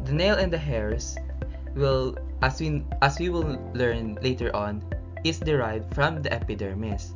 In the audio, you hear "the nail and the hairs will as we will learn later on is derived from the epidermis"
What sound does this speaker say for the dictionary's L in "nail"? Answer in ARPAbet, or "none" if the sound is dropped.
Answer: L